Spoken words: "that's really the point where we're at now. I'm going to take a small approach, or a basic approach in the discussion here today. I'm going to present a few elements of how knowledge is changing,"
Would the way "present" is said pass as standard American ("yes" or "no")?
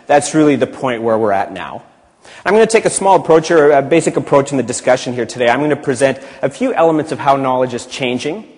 yes